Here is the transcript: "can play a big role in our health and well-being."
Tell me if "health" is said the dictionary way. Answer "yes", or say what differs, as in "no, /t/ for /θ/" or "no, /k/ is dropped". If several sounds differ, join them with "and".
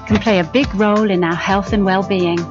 yes